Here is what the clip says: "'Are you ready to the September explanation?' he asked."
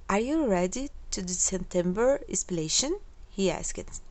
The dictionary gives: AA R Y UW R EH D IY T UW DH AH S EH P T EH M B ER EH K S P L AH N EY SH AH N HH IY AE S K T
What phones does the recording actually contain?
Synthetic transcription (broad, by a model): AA R Y UW R EH D IY T UW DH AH S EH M T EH M B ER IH S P AH L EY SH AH N HH IY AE S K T